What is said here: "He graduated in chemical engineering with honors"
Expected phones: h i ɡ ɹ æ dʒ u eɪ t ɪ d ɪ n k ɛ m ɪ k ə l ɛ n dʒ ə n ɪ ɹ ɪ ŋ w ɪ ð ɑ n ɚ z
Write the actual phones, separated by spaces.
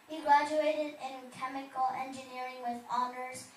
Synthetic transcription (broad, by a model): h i ɡ ɹ æ dʒ u eɪ t ɪ d ɪ n k ɛ m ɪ k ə l ɛ n dʒ ə n ɪ ɹ ɪ ŋ w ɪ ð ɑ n ɚ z